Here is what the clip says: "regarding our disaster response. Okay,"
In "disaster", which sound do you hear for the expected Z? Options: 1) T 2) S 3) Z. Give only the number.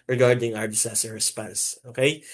2